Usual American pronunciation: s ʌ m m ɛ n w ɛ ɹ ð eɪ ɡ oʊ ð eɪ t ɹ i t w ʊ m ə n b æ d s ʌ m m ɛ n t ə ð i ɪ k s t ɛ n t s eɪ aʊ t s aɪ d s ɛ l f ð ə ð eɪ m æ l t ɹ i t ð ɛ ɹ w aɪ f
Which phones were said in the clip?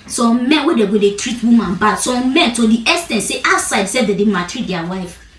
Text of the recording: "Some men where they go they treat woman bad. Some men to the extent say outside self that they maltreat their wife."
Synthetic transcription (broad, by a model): s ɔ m m ɛ n w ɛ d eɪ ɡ oʊ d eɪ t ɹ i t w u m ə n b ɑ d s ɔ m m ɛ n t ə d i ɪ s t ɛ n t s eɪ t s aɪ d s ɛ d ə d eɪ m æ t ɹ i t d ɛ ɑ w aɪ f